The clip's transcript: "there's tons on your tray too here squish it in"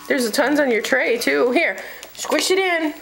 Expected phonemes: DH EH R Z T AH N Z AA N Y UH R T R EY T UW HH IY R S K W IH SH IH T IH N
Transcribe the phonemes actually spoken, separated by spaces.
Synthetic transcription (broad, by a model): DH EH R Z T AH N Z AA N Y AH R T R EY T UW HH IY R S K W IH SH IH T IH N